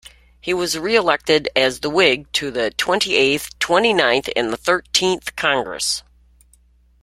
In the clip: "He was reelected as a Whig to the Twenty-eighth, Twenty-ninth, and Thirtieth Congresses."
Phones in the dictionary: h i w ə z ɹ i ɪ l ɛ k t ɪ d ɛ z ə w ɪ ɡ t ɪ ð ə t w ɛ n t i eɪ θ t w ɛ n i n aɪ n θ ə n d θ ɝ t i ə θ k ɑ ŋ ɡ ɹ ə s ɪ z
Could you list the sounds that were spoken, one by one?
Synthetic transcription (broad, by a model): h i w ə z ɹ i ɪ l ɛ k t ɪ d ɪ z ə w ɪ ɡ t ɪ ð ə t w ɛ n t i eɪ θ t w ɛ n i n aɪ n θ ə n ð θ ɝ t i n θ k ɑ ŋ ɡ ɹ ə s